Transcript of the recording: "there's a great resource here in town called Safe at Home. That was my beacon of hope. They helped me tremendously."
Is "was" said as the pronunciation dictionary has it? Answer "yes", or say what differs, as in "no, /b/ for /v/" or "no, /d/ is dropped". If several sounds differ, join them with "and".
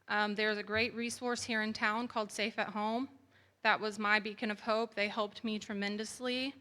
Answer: yes